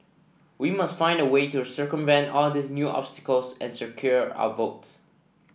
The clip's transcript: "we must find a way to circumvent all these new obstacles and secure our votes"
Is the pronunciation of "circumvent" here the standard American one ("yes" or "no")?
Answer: yes